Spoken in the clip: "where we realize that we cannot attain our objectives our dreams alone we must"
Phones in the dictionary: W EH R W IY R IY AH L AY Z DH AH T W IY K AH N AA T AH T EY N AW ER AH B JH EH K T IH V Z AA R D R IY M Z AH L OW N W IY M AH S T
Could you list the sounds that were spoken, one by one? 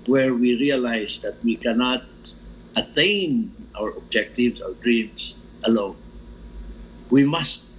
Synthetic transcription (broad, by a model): W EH R W IY R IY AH L AY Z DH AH T W IY K AH N AA T AH T EY N AW ER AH B JH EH K T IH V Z AA R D R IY M S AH L OW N W IY M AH S T